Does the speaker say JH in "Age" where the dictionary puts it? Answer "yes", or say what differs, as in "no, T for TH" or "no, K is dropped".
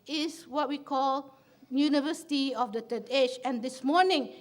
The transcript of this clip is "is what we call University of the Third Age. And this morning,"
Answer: no, CH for JH